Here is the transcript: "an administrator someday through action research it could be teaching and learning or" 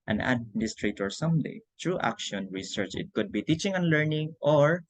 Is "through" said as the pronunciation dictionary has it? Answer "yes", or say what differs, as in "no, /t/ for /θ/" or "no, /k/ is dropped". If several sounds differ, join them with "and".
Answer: no, /t/ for /θ/